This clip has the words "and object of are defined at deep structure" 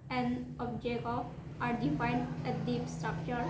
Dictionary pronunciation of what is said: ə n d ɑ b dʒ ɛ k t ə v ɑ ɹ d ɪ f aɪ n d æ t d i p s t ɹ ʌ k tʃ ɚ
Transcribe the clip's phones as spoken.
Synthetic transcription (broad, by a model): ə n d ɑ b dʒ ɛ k ə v ɑ ɹ d ɪ f aɪ n d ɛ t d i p s t ɹ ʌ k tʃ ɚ